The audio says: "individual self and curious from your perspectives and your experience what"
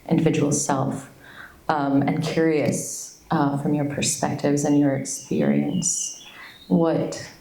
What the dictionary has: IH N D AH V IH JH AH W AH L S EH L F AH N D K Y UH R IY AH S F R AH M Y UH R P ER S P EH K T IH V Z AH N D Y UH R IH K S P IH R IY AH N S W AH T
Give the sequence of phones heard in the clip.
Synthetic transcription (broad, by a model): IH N D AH V IH JH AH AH L S EH L F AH N K Y UH R IY AH S F R AH M Y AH R P ER S P EH K T IH V Z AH N Y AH R IH K S P IH R IY AH N S W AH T